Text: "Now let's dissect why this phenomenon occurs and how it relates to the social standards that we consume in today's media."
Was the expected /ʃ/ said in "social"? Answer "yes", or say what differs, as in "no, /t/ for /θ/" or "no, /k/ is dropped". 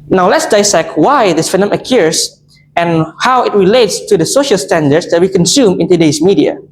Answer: yes